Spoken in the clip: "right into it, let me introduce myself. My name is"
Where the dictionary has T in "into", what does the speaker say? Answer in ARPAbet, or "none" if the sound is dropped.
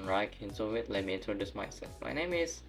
S